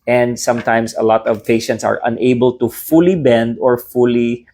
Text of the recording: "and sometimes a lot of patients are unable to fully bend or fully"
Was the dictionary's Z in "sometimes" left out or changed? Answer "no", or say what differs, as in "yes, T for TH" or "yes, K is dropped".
yes, S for Z